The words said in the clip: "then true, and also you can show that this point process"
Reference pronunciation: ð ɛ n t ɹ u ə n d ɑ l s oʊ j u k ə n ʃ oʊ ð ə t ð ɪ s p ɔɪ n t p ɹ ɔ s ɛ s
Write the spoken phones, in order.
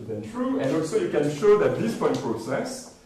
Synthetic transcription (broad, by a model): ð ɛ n t ɹ u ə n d ɑ l s oʊ j u k ə n ʃ oʊ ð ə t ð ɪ s p ɔɪ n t p ɹ ɔ s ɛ s